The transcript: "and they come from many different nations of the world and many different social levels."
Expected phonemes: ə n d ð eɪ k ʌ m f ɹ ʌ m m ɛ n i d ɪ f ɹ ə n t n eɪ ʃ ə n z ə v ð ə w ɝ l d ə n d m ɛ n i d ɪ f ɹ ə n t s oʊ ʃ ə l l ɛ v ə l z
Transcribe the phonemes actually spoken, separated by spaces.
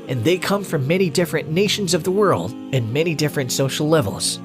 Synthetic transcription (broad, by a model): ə n ð eɪ k ʌ m f ɹ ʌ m m ɛ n i d ɪ f ɹ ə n n eɪ ʃ ə n z ə v ð ə w ɝ l d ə n m ɛ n i d ɪ f ɹ ə n t s oʊ ʃ l l ɛ v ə l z